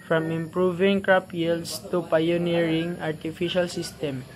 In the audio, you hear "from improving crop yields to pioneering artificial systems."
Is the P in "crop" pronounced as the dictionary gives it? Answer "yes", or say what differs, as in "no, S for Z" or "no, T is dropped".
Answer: yes